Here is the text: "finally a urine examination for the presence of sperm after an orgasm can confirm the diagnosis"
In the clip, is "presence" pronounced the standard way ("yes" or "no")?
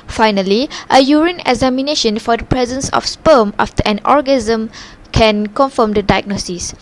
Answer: yes